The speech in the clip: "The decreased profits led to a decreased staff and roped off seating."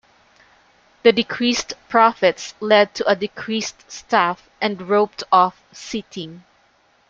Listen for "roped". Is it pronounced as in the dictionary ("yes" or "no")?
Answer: yes